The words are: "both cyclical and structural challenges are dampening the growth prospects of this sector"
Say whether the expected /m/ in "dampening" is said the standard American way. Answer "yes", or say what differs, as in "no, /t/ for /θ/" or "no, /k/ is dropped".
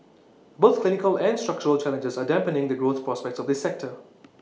yes